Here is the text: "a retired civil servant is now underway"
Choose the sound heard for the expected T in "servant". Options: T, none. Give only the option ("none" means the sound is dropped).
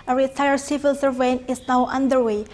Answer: none